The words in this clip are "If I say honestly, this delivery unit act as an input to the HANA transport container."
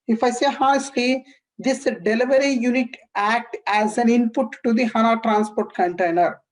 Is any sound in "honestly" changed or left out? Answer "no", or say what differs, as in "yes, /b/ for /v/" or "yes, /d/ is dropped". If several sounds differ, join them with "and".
yes, /n/ is dropped